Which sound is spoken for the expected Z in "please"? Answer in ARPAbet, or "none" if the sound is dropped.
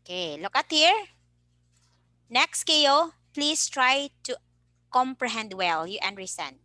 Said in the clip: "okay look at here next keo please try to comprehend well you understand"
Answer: S